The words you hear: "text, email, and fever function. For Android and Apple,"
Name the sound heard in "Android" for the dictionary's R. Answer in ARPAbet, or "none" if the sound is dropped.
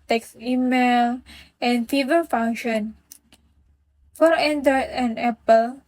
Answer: none